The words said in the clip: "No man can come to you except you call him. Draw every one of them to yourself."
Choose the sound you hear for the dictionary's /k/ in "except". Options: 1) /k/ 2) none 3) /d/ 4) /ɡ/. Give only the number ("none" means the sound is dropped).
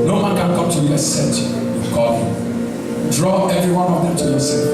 2